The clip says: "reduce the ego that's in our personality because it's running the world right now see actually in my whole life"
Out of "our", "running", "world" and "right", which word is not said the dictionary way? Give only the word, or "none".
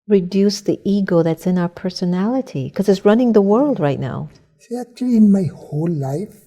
none